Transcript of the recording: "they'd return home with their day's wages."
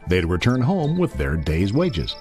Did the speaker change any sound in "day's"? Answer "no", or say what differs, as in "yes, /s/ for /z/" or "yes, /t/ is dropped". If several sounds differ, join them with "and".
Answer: no